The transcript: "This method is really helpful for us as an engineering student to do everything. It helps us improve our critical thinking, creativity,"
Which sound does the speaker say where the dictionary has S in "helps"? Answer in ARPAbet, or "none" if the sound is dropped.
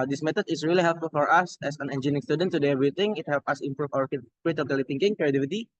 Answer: none